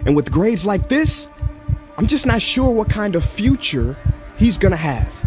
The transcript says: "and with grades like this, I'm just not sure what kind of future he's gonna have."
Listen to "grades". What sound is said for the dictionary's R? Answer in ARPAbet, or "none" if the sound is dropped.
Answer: R